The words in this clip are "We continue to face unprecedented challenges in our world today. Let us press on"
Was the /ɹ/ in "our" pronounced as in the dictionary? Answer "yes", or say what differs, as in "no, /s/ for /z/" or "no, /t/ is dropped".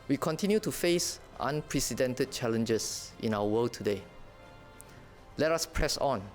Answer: no, /w/ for /ɹ/